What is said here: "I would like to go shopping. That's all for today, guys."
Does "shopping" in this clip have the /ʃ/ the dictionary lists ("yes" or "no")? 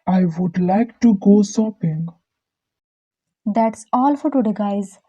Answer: no